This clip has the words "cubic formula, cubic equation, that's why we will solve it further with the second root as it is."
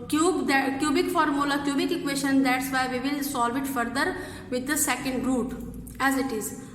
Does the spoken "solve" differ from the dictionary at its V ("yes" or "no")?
no